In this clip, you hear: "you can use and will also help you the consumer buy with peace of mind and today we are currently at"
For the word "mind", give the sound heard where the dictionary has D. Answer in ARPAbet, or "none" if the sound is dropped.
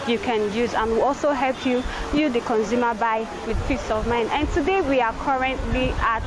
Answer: none